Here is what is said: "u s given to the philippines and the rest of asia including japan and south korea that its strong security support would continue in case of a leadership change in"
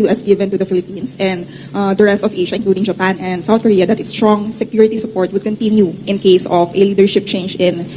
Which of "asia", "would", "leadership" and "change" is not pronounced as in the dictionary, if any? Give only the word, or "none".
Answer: asia